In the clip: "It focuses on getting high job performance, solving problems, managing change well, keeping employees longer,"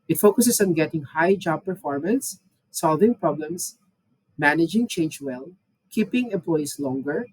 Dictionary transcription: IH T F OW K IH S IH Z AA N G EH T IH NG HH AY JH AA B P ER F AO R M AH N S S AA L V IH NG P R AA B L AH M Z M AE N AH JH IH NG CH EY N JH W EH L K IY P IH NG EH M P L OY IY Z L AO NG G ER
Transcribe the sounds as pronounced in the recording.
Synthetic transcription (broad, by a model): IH T F OW K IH S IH S AA N G EH T IH NG HH AY JH AA B P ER F AO R M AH N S S AA L V IH NG P R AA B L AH M S M AE N AH JH IH NG CH EY N JH W EH L K IY P IH NG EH M P L OY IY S L AO NG G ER